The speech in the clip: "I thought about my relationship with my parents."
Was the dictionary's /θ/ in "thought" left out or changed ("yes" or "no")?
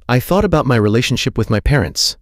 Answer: no